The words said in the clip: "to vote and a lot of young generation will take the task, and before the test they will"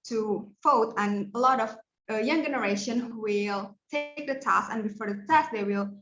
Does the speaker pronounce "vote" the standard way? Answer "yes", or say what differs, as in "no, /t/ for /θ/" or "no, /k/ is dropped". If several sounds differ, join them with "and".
no, /f/ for /v/